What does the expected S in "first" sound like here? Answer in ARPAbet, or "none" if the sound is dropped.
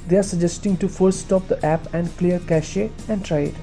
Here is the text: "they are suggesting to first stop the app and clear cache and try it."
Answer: none